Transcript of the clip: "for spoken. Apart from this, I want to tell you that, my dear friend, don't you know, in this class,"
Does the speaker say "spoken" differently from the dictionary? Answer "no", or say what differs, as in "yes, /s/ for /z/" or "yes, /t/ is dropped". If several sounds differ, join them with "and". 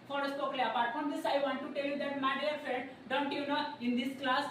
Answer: yes, /n/ is dropped